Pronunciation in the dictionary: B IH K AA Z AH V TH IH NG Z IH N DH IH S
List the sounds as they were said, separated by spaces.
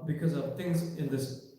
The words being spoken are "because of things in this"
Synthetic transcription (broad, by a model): B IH K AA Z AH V T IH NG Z IH N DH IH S